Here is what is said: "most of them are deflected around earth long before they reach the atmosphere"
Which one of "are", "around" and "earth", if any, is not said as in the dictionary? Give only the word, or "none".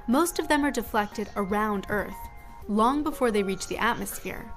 none